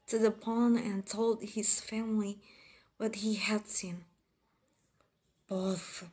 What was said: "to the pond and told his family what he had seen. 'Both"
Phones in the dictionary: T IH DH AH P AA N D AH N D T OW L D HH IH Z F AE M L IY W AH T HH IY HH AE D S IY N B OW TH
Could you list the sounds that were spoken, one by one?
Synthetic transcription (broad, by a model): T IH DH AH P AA N AH N T OW L D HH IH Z F AE M L IY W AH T HH IY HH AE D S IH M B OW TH